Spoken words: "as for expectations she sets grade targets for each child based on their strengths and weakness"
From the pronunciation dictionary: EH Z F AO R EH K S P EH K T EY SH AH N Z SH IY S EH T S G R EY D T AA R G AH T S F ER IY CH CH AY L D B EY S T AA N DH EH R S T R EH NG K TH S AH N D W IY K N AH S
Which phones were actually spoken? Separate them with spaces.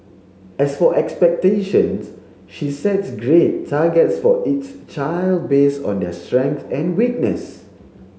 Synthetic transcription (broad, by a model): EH S F AO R EH K S P EH K T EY SH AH N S SH IY S EH T S G R EY T AA G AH T S F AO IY S CH AY L D B EY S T AA N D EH S T R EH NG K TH AH N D W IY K N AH S